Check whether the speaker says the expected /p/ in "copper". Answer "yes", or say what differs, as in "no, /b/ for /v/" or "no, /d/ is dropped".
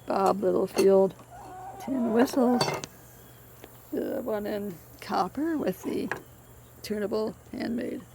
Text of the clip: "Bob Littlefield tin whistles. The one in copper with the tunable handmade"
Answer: yes